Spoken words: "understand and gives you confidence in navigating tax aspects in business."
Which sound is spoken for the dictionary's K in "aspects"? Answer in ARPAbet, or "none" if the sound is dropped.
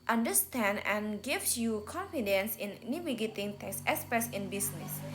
none